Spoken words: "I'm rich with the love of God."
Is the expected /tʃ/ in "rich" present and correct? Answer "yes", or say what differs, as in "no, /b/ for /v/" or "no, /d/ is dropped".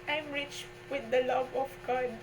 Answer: yes